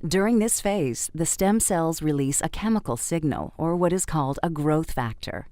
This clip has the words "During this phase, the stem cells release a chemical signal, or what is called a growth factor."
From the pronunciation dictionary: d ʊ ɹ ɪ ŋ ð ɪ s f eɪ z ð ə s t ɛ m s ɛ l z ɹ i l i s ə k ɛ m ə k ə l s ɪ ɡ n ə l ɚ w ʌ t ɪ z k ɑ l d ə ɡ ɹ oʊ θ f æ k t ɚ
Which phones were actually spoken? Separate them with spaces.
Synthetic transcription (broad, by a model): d ʊ ɹ ɪ ŋ ð ɪ s f eɪ z ð ə s t ɛ m s ɛ l z ɹ i l i s ə k ɛ m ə k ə l s ɪ ɡ n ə l ɚ w ʌ t ɪ z k ɑ l d ə ɡ ɹ oʊ θ f æ k t ɚ